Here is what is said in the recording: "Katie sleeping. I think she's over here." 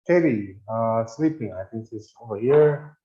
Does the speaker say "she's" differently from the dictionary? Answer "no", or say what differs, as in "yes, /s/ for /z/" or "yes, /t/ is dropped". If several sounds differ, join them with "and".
yes, /s/ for /ʃ/